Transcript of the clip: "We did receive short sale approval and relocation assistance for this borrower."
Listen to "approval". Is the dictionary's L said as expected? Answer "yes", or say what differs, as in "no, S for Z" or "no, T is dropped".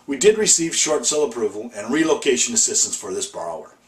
yes